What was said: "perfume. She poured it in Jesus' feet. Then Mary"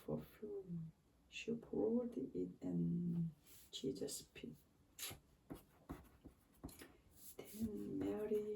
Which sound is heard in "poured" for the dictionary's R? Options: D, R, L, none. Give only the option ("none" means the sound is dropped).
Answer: L